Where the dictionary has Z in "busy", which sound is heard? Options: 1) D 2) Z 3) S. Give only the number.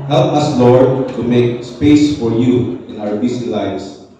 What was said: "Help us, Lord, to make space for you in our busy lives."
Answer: 3